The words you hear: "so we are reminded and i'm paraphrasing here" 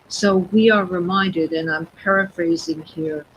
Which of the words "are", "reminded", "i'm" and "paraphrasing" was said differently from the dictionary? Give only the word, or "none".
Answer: none